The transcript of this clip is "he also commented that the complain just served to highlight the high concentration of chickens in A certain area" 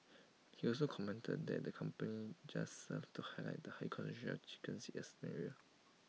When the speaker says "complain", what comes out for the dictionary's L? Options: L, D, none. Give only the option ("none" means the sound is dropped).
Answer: none